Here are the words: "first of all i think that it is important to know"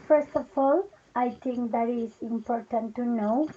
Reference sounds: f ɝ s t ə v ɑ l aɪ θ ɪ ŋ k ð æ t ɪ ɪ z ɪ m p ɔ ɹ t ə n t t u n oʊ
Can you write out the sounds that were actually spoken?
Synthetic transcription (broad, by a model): f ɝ s t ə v ɑ l aɪ t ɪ ŋ k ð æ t ɪ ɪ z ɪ m p ɔ ɹ t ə n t t u n oʊ